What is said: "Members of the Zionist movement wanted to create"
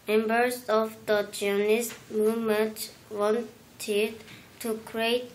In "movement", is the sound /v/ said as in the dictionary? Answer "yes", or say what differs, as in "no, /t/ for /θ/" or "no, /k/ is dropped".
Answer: no, /v/ is dropped